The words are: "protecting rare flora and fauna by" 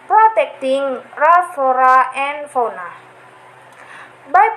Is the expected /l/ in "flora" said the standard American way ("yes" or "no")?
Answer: no